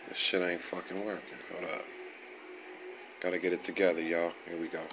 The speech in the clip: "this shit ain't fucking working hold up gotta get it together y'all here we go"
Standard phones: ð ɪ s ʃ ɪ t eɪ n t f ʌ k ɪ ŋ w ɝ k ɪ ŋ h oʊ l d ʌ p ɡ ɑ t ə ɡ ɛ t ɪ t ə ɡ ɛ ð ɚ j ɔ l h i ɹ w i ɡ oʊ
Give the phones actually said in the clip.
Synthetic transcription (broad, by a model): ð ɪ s ʃ ɪ t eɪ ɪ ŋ f ʌ k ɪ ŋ w ɝ k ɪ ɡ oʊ d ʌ ɡ ɑ t ə ɡ ɛ t ɪ t ə ɡ ɛ ð ɚ j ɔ h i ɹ w i ɡ oʊ